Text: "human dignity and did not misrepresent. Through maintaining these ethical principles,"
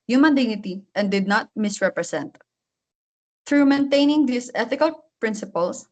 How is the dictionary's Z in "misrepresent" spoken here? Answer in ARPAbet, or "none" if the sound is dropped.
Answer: S